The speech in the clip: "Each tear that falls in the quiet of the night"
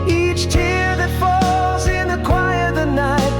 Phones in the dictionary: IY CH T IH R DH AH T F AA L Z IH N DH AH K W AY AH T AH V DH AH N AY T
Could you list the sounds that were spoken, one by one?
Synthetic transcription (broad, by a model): IY CH T IH R DH AH T F AA L Z IH N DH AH K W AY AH AH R DH AH N AY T